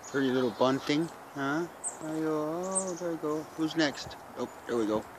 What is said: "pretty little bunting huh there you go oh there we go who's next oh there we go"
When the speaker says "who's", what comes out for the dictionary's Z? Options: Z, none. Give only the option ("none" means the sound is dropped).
Z